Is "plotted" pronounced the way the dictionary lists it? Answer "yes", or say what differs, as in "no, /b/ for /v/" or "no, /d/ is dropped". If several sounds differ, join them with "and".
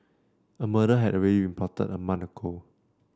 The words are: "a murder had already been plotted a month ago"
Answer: no, /l/ is dropped